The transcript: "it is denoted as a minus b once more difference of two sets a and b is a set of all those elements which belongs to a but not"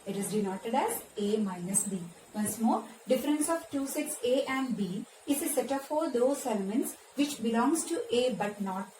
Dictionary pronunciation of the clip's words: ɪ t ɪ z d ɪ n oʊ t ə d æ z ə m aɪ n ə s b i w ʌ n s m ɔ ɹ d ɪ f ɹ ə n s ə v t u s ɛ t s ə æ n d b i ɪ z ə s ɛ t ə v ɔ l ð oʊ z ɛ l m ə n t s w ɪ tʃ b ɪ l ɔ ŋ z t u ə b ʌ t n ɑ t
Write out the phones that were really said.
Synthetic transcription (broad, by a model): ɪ t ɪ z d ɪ n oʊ t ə d æ z ə m aɪ n ə s b i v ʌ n s m ɔ ɹ d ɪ f ɹ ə n s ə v t u s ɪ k s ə æ n d b i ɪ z ə s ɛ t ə f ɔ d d oʊ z ɛ l m ə n t s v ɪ tʃ b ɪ l ɔ ŋ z t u ə b ʌ t n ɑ t